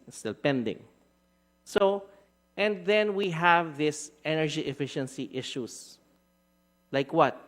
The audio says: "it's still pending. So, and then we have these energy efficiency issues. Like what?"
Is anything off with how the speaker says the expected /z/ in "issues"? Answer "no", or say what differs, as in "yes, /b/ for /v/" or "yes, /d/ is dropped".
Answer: yes, /s/ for /z/